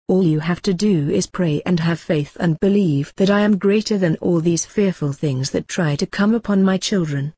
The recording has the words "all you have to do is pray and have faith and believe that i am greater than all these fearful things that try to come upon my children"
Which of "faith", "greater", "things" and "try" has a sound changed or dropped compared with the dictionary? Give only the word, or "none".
none